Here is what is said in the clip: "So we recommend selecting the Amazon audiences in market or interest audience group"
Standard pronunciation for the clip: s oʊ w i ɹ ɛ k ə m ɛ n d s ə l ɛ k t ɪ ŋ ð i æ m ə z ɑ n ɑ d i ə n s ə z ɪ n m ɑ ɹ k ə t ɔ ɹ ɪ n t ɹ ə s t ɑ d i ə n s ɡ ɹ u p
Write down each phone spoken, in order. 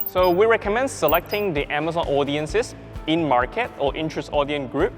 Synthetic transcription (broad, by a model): s oʊ w i ɹ ɛ k ə m ɛ n d s ə l ɛ k t ɪ ŋ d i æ m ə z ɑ n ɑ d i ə n s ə s ɪ n m ɑ ɹ k ə t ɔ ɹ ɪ n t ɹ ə s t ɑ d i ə n ɡ ɹ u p